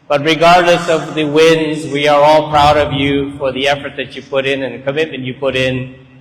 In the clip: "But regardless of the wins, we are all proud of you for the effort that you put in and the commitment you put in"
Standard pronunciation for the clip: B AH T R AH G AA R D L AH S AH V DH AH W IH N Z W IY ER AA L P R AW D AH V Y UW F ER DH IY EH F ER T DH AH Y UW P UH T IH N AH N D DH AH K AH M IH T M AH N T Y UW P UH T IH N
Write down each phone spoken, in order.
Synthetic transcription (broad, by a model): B AH T R AH G AA R D L AH S AH V DH AH W IH N Z W IY ER AA L P R AW D AH V Y UW F ER DH IY EH F ER T DH AH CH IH P UH T IH N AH N DH AH K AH M IH T M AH N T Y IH P UH T IH N